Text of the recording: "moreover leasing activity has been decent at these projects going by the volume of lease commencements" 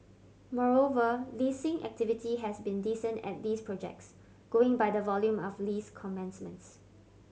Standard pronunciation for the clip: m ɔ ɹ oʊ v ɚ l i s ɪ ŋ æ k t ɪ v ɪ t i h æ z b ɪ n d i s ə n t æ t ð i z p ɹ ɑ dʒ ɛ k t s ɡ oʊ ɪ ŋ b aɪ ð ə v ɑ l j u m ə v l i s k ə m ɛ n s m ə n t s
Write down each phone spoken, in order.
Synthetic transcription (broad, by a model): m ɔ ɹ oʊ v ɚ l i s ɪ ŋ æ k t ɪ v ɪ t i h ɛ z b ɪ n d i s ə n t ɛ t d i s p ɹ ɑ dʒ ɛ k t s ɡ oʊ ɪ ŋ b aɪ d ə v ɑ l j u m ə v l i s k ə m ɛ n s m ə n t s